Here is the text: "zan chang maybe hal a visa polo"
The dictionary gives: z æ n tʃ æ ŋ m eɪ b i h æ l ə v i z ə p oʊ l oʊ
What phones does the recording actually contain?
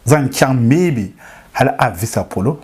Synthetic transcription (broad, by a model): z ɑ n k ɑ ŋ m eɪ b i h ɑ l ə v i s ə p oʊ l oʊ